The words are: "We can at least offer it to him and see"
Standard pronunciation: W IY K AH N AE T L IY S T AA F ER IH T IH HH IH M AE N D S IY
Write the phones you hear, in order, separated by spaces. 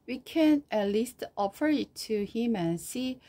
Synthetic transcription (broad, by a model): W IY K AH N AE T L IY S T AA F ER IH T IH HH IH M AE N S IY